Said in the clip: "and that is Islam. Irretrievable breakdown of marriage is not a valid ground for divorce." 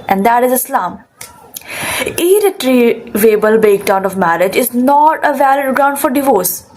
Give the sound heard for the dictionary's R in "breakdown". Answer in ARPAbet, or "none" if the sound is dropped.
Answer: none